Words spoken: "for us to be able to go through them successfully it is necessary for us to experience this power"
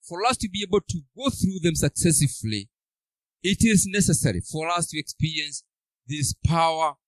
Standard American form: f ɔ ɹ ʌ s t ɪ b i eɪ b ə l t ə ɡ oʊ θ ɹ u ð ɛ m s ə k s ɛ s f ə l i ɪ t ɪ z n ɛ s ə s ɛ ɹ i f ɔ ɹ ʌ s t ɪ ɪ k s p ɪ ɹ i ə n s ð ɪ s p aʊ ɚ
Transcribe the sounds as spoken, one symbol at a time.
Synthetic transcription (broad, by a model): f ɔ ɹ ʌ s t ɪ b i eɪ b ə l t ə ɡ oʊ θ ɹ u ð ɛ m s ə k s ɛ s ə l i ɪ t ɪ z n ɛ s ə s ɛ ɹ i f ɔ ɹ ʌ s t ɪ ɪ k s p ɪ ɹ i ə n s ð ɪ s p aʊ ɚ